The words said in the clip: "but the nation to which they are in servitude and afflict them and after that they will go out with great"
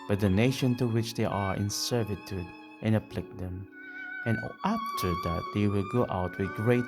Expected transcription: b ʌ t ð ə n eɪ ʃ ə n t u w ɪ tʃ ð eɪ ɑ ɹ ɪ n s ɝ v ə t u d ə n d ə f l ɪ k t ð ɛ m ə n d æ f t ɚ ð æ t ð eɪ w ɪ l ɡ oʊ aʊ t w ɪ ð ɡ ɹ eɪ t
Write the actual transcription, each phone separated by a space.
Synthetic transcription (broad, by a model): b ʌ t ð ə n eɪ ʃ ə n t u w ɪ tʃ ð eɪ ɑ ɹ ɪ n s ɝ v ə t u d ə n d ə p l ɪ k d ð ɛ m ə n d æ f t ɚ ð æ t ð eɪ w ɪ l ɡ oʊ aʊ t w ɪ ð ɡ ɹ eɪ t